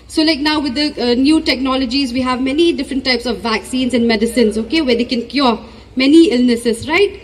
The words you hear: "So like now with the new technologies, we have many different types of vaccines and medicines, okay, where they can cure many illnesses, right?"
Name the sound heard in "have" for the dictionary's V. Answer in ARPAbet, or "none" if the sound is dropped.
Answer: V